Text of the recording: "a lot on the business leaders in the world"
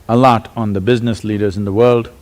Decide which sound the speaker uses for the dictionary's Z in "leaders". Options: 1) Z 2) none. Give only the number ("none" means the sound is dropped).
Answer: 1